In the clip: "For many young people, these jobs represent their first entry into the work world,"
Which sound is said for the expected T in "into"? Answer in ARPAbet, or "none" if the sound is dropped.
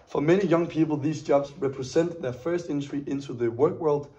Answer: T